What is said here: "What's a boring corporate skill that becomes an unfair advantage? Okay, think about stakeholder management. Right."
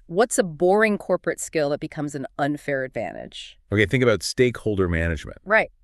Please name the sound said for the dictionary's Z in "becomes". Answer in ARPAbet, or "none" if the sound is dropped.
Z